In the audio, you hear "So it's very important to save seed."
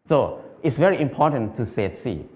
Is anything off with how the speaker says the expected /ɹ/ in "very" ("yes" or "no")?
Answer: no